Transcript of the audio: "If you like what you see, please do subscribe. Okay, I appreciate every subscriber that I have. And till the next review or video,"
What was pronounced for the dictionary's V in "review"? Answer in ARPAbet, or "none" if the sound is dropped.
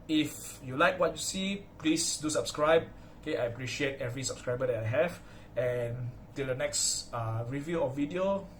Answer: V